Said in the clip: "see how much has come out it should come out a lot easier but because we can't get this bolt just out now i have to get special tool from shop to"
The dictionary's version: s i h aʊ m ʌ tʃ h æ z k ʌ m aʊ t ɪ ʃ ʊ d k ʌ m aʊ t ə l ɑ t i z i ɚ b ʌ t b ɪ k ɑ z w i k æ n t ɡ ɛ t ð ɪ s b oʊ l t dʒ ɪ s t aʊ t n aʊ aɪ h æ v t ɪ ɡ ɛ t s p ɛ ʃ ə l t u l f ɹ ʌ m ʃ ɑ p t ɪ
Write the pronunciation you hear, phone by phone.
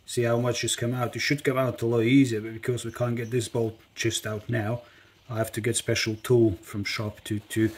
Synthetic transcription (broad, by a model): s i h aʊ m ʌ tʃ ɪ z k ʌ m aʊ t ɪ ʃ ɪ d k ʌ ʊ aʊ t ə l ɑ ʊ i z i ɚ b ʌ t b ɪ k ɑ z w i k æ n ɡ ɛ t ð ɪ s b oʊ l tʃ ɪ s t aʊ t n aʊ aɪ h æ f t ɪ ɡ ɛ t s p ɛ ʃ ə l t u l f ɹ ʌ m ʃ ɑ p t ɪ